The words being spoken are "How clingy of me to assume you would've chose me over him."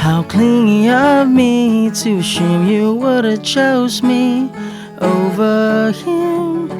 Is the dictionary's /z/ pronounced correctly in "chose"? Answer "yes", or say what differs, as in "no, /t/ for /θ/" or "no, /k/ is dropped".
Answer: yes